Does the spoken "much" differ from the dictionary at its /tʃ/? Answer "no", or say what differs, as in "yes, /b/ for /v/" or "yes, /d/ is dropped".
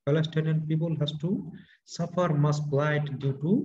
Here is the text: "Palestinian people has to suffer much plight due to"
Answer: yes, /s/ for /tʃ/